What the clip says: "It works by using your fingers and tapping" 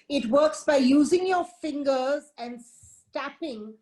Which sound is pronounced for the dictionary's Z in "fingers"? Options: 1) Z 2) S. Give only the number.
1